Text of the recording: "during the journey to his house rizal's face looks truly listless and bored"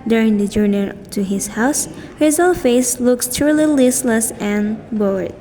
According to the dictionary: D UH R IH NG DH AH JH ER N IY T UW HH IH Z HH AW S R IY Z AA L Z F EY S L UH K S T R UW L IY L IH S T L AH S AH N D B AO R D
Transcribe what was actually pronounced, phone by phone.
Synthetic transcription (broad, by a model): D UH R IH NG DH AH JH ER N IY T UW HH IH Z HH AW S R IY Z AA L F EY S L UH K S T UW L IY L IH S L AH S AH N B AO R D